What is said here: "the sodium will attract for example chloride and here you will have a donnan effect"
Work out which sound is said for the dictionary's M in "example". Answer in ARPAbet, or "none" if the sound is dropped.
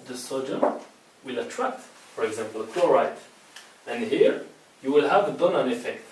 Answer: M